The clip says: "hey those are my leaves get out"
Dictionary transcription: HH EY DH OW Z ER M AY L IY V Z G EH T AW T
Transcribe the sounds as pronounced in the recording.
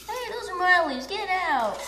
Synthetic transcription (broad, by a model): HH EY DH OW Z ER M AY L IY Z G EH T AW T